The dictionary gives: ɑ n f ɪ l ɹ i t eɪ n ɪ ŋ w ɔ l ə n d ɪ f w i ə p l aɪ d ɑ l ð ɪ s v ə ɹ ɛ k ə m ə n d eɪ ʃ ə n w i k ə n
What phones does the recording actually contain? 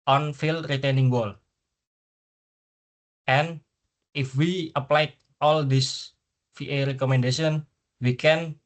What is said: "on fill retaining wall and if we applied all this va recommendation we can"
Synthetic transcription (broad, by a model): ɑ n f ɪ l ɹ i t eɪ n ɪ ŋ w ɔ l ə n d ɪ f w i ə p l aɪ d ɑ l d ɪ s f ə ɹ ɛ k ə m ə n d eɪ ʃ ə n w i k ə n